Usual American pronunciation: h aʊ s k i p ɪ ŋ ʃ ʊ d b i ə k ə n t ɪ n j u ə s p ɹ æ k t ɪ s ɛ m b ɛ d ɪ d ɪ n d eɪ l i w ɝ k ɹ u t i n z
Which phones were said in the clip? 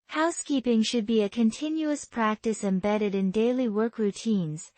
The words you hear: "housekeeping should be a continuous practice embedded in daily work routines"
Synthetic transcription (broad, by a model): h aʊ s k i p ɪ ŋ ʃ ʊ d b i ə k ə n t ɪ n j u ə s p ɹ æ k t ɪ s ɛ m b ɛ d ɪ d ɪ n d eɪ l i w ɝ k ɹ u t i n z